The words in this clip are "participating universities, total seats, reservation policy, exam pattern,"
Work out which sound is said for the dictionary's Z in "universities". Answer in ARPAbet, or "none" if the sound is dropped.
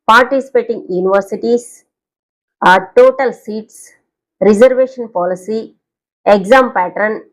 S